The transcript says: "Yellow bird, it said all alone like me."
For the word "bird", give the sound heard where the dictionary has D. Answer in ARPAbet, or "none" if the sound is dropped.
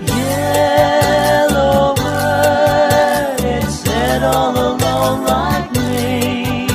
none